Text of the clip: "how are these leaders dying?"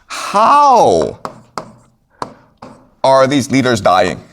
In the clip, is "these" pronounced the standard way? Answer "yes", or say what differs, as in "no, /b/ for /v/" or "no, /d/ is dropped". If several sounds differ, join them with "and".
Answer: yes